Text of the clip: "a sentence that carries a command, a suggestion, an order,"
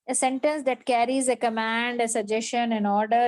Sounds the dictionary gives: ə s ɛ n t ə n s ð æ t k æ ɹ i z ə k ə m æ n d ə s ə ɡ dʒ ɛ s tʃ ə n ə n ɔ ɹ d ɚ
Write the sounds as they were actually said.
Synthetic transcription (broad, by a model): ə s ɛ n t ə n s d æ t k æ ɹ i z ə k ə m æ n d ə s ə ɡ dʒ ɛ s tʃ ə n ə n ɔ ɹ d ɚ